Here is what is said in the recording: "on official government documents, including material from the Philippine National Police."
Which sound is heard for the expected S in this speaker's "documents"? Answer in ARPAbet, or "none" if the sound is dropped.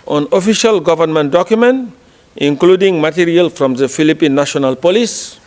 none